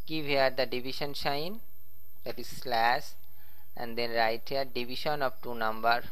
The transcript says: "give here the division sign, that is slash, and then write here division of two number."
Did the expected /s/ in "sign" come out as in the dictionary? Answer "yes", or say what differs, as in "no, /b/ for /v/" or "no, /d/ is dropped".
no, /ʃ/ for /s/